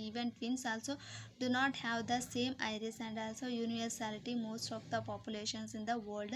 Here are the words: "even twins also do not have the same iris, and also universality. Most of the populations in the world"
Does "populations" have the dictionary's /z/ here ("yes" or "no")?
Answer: no